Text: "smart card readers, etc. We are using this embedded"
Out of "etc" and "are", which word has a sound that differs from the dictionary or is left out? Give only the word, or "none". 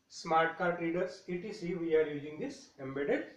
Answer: etc